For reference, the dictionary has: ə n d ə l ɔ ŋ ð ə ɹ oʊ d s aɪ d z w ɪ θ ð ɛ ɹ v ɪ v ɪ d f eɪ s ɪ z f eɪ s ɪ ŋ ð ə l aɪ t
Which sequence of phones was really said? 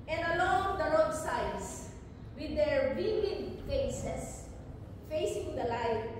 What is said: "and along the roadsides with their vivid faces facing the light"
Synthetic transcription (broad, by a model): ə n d ə l ɔ ŋ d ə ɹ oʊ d s aɪ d s w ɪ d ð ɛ ɹ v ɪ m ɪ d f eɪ s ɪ s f eɪ s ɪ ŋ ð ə l aɪ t